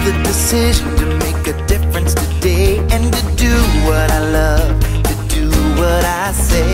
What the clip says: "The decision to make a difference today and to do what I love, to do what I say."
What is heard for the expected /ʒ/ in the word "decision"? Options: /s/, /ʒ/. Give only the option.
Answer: /ʒ/